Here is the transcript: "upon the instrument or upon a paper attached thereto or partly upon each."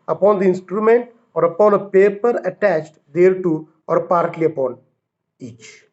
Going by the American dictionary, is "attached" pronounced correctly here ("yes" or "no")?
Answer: yes